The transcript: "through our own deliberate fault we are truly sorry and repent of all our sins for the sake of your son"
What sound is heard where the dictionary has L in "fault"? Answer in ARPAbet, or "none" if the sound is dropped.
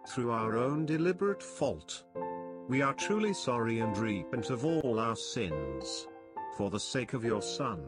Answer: L